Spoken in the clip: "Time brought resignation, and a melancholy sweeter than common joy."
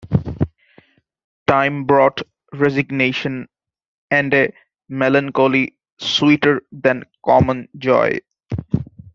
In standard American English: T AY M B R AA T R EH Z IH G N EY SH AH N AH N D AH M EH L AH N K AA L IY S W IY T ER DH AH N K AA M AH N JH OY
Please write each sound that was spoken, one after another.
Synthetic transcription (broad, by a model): T AY M B R AA T R EH Z IH G N EY SH AH N AH N D AH M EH L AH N K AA L IY S W IY T ER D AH N K AA M AH N JH OY